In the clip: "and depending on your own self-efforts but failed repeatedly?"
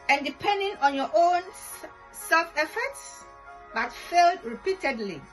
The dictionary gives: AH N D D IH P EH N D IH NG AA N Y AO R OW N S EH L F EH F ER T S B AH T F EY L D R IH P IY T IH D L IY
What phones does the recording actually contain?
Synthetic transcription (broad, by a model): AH N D D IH P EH N D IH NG AA N Y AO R OW N S EH L F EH F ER T S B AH T F EY L D R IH P IY T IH D L IY